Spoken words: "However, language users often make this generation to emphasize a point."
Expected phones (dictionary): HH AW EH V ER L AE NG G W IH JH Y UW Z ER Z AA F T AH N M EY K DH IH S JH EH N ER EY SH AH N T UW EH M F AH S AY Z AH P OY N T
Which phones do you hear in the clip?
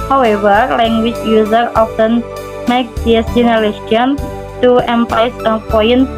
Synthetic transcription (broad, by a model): HH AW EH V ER L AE NG G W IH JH Y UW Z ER AA F T AH N M EY K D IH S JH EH N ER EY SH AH N T UW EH M P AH IH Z AH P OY N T